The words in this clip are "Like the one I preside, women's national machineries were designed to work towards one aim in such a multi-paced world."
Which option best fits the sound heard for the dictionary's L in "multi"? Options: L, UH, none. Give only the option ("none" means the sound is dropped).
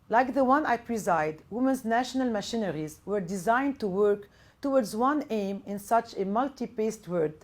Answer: L